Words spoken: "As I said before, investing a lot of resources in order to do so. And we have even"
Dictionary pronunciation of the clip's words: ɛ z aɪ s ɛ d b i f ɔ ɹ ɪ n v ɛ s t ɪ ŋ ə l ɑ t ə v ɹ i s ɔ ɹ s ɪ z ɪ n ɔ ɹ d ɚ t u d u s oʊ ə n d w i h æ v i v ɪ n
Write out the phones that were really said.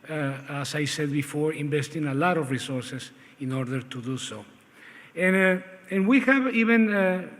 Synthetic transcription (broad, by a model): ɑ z aɪ s ɛ d b i f ɔ ɹ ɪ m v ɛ s t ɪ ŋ ə l ɑ t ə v ɹ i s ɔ ɹ s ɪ s ɪ n ɔ ɹ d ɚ t u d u s oʊ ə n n w i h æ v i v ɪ n